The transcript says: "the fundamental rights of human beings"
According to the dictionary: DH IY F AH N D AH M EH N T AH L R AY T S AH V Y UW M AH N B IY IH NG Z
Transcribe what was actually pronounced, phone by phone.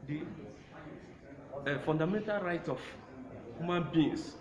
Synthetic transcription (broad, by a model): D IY F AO N D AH M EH N T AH L R AY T AH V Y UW M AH N B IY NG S